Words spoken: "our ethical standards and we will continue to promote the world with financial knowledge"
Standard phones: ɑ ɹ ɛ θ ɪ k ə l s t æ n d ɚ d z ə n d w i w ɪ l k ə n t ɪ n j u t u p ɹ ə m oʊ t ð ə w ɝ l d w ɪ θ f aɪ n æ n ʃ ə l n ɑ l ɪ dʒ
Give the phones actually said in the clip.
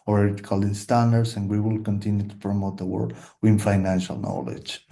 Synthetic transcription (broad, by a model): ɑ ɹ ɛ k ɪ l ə n s t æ n d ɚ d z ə n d w i w ɪ l k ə n t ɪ n j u t u p ɹ ə m oʊ t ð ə w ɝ d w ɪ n f aɪ n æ n ʃ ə l n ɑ l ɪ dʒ